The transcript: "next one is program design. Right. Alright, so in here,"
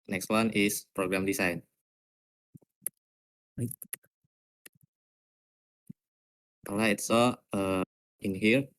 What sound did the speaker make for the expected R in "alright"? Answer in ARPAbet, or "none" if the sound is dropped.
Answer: none